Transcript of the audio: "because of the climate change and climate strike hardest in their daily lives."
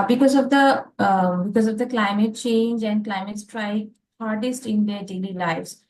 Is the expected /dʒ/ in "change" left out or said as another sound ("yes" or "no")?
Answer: no